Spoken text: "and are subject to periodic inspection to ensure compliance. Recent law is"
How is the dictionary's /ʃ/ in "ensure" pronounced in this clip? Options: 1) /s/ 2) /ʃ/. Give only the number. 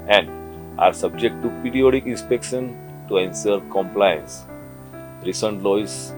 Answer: 1